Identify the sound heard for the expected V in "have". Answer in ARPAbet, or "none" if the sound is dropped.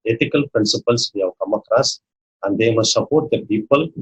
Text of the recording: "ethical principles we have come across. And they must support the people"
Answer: W